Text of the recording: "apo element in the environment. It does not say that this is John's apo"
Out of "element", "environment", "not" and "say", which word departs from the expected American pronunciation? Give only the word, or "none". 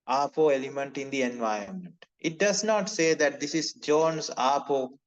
environment